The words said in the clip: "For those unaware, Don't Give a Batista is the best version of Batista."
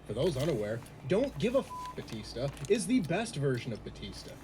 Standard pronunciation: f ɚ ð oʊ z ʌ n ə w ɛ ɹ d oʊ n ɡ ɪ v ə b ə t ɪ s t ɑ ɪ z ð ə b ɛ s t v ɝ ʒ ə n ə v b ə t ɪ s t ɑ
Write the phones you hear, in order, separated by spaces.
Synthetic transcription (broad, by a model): f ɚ ð oʊ z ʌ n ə w ɛ ɹ d oʊ n ɡ ɪ v ə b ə t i s t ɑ ɪ z ð ə b ɛ s t v ɝ ʒ ə n ə v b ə t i s t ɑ